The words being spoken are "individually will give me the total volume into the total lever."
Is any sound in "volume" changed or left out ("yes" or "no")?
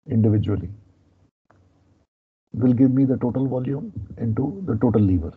no